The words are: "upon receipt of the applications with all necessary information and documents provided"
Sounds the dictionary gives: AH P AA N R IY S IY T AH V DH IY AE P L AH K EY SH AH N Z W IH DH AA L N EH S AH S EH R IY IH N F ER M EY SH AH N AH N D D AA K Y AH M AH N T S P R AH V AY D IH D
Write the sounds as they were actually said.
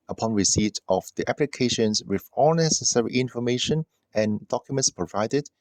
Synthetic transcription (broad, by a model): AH P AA N R IY S IY T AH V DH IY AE P L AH K EY SH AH N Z W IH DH AA L N EH S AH S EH R IY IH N F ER M EY SH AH N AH N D D AA K Y AH M AH N T S P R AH V AY D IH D